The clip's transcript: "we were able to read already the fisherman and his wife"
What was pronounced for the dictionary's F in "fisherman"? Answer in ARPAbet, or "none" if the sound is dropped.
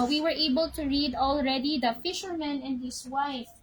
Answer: F